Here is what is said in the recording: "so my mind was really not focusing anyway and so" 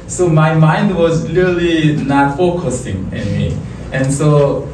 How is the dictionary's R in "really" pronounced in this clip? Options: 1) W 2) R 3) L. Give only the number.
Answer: 3